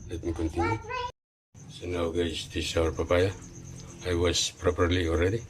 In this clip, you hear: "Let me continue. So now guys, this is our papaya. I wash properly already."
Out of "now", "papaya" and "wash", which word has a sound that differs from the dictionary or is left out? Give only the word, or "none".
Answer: wash